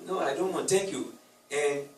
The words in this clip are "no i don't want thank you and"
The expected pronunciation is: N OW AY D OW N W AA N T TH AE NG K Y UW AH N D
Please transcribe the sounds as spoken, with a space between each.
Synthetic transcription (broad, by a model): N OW AY D OW N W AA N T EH K Y UW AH